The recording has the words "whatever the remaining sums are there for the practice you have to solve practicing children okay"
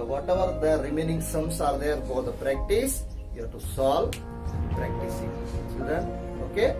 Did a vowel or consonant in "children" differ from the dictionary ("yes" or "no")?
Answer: yes